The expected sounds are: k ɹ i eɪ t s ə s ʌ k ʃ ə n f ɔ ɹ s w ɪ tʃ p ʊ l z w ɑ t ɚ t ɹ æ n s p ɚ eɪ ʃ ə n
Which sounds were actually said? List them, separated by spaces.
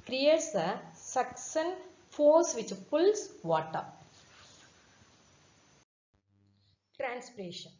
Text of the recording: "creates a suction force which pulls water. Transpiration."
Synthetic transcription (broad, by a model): k ɹ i eɪ t s ə s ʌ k s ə n f ɔ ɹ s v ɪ tʃ p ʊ l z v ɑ t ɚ t ɹ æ n s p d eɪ ʃ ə n